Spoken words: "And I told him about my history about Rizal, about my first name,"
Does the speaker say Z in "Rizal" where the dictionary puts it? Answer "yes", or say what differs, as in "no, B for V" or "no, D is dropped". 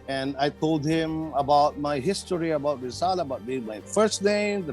no, S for Z